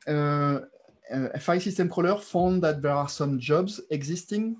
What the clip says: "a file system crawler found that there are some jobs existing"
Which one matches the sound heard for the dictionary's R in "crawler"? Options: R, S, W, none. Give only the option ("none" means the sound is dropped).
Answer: none